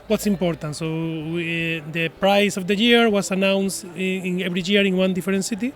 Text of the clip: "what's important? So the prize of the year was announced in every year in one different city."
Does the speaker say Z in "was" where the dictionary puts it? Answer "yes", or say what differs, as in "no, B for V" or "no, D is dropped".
no, S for Z